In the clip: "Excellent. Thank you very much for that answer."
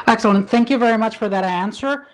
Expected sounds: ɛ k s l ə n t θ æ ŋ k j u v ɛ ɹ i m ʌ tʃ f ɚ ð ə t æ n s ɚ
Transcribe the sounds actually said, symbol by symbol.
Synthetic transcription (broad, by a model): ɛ k s l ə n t θ æ ŋ k j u v ɛ ɹ i m ʌ tʃ f ɚ ð ə t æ n s ɚ